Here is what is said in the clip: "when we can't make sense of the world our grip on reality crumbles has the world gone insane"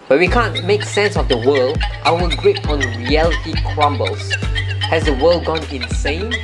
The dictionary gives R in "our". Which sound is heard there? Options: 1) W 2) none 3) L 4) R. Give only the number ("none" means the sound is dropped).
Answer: 1